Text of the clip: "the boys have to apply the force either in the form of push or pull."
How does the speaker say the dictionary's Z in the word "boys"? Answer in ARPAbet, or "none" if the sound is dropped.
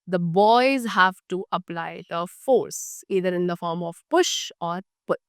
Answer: Z